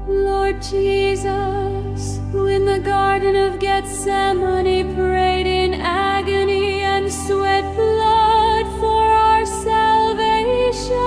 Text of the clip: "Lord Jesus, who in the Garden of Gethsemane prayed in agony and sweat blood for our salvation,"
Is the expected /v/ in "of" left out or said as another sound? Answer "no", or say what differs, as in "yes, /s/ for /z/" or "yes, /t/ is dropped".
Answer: no